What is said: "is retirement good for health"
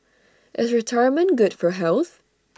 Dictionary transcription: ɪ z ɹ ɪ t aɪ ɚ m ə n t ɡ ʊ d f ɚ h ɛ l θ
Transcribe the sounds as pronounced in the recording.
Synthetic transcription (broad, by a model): ɪ z ɹ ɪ t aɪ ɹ m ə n ɡ ʊ d f ɚ h ɛ l θ